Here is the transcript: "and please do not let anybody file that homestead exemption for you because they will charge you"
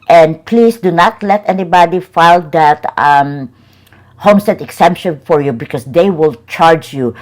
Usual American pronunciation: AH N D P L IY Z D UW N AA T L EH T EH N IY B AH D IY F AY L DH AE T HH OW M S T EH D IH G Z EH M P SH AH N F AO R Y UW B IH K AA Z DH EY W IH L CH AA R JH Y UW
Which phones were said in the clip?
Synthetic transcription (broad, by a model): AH N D P L IY S D UW N AA T L EH T EH N IY B AH D IY F AY L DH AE T HH OW M S T EH D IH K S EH M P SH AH N F AO R Y UW B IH K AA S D EY W IH L CH AA R JH Y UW